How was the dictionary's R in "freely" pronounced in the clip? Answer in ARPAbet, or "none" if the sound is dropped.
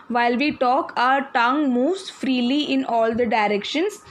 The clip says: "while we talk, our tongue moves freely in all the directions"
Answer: R